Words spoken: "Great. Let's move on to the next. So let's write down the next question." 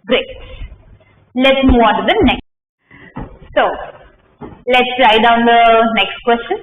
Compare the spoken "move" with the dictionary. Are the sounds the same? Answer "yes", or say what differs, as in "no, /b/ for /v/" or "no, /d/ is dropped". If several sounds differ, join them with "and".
no, /v/ is dropped